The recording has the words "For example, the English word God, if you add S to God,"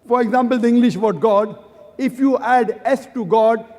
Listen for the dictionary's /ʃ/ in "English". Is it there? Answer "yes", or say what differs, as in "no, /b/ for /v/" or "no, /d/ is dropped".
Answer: yes